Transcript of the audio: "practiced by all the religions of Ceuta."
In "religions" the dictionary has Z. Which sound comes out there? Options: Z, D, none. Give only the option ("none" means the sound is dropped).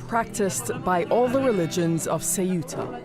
Z